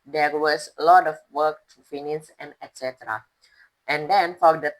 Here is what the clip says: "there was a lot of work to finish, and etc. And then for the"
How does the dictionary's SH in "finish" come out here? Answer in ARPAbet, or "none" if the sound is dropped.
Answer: S